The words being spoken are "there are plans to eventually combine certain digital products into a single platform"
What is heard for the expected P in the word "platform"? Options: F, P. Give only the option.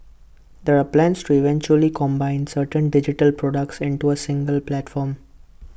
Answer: P